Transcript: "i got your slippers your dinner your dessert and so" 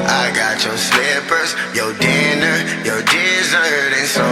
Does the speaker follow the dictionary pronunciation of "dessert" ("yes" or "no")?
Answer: yes